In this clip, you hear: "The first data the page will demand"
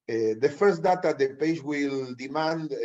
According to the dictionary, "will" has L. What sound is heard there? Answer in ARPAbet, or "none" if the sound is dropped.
L